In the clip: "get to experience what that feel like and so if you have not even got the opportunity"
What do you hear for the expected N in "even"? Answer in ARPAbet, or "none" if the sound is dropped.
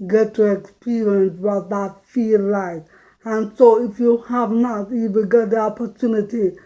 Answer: L